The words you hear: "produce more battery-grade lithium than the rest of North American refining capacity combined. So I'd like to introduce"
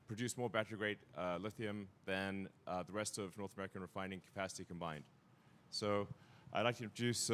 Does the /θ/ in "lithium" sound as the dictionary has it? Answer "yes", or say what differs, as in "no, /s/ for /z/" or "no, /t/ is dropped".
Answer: yes